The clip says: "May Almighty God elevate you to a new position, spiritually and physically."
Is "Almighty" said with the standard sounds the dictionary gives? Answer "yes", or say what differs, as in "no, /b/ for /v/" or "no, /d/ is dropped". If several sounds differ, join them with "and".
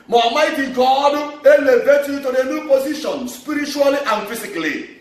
no, /l/ is dropped